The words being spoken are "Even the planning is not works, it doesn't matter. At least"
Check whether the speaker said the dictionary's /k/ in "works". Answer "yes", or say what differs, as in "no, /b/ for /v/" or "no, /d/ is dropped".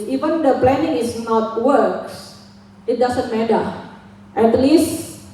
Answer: yes